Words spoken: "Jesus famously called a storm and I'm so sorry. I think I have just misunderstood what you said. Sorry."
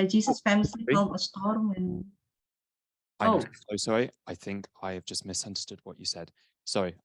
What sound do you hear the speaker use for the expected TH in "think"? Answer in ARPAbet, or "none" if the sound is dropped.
TH